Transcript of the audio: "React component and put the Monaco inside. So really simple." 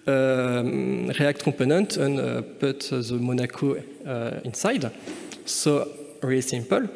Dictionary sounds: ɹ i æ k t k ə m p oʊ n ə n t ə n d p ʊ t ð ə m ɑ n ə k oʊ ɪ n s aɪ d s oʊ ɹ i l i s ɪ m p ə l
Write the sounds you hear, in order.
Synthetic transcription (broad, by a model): ɹ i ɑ k t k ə p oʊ n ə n t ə n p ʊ t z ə m ɑ n ə k oʊ ɪ n s aɪ d s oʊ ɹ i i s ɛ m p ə l